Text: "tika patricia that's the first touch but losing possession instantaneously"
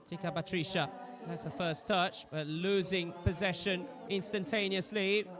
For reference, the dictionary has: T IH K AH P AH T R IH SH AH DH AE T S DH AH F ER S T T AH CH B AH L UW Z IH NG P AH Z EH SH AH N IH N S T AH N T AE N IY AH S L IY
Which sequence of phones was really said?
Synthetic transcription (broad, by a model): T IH K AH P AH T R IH SH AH DH AE T S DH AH F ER S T T AH CH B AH L UW Z IH NG P AH Z EH SH AH N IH N S T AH N T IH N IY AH S L IY